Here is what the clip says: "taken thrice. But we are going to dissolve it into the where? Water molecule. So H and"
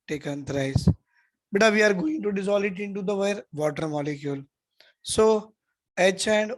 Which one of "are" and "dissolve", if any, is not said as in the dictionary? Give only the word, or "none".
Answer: dissolve